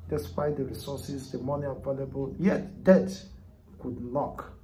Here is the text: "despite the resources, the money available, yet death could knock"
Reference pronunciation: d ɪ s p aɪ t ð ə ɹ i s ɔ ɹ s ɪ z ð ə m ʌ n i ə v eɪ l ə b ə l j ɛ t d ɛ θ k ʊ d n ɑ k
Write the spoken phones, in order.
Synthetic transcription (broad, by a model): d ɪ s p aɪ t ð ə ɹ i s ɔ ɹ s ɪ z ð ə m ʌ n i ə v eɪ l ə b ə l j ɛ t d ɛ t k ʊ d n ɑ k